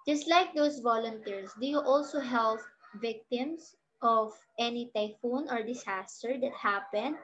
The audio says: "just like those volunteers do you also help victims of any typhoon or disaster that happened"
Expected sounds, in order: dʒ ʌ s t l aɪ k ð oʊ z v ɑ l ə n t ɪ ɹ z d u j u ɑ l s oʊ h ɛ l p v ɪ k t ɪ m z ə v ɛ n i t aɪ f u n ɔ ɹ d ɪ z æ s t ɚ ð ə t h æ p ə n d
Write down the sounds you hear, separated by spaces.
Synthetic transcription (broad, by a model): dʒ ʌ s t l aɪ k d oʊ s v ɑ l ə n t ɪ ɹ s d u j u ɑ l s oʊ h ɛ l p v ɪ k t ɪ m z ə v ɛ n i t aɪ f u n ɔ ɹ d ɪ s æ s t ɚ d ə t h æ p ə n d